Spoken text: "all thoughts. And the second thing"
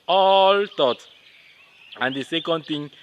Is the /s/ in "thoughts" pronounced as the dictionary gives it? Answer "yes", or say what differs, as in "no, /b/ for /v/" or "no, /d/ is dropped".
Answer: no, /s/ is dropped